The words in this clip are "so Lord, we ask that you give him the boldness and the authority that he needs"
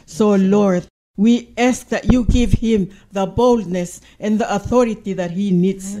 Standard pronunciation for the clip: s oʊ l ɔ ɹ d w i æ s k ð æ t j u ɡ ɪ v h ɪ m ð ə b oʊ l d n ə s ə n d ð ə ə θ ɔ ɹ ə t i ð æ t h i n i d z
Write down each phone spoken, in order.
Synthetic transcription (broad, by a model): s oʊ l ɔ ɹ d w i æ s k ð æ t j u ɡ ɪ v h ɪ m ð ə b oʊ l d n ə s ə n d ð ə ə θ ɔ ɹ ə t i ð æ t h i n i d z